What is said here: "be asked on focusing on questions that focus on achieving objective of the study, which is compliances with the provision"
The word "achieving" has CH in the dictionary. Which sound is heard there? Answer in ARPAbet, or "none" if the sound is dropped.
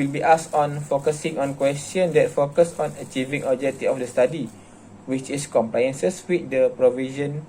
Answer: CH